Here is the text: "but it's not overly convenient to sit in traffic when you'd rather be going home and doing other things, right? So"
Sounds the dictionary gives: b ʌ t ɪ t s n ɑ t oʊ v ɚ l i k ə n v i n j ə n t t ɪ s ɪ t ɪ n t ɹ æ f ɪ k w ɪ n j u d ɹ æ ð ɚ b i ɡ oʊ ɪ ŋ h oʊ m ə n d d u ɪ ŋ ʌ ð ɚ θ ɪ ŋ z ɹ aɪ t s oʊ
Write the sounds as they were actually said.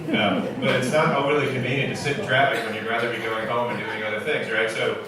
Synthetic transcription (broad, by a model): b ʌ t ɪ t s n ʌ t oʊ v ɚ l i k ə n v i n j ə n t t ɪ s ɪ t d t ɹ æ p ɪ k w ɪ n j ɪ ɹ æ ð ɚ b i ɡ oʊ ɪ ŋ h oʊ m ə n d d u ɪ ŋ ʌ ð ɚ θ ɪ ŋ z ɹ aɪ t s oʊ